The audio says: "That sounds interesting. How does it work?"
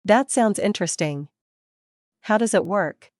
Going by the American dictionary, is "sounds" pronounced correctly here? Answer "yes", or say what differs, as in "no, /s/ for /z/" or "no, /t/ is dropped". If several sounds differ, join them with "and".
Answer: yes